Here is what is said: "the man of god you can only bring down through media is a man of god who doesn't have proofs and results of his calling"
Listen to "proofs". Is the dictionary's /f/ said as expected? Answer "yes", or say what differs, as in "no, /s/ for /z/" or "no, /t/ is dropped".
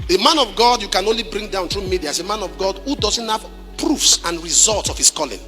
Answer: yes